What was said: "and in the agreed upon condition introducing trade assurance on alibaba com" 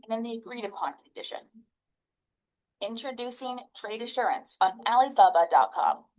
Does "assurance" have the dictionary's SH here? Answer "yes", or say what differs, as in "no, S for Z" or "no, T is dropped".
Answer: yes